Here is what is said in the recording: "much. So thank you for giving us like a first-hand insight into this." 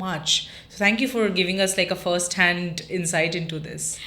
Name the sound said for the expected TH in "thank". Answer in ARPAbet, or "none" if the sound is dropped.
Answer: T